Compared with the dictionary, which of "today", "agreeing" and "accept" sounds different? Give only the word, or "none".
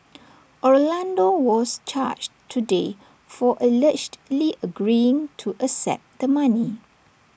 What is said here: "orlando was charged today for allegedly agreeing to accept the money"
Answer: accept